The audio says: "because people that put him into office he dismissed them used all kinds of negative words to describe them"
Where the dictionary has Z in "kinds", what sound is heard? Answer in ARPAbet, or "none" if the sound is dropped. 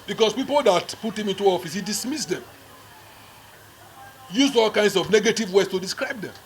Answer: S